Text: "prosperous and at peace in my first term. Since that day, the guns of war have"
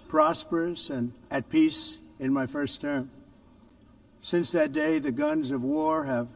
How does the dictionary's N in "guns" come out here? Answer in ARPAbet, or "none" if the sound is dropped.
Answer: N